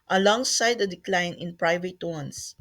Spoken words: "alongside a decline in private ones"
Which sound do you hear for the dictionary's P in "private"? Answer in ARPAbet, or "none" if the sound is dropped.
P